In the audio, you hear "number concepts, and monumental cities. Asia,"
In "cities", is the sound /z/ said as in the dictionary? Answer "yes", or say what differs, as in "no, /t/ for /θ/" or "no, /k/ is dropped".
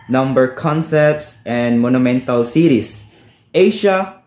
no, /s/ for /z/